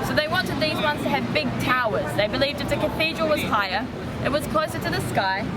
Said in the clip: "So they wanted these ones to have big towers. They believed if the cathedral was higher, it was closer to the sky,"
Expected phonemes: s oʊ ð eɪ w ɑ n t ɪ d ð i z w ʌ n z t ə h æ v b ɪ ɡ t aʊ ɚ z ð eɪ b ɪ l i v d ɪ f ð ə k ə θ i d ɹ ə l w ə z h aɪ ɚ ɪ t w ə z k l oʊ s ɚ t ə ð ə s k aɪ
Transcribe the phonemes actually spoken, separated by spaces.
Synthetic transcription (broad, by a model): s oʊ ð eɪ w ɑ n t ɪ d ð i z w ʌ n z t ə v b ɪ ɡ t aʊ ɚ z ð eɪ b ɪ l i v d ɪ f ð ə k ə θ i d ɹ ə l w ə z h aɪ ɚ ɪ t w ə z k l oʊ s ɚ t ə ð ə s k aɪ